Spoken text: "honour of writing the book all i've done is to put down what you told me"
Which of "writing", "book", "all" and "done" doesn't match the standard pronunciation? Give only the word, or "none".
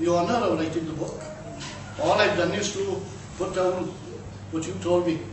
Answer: writing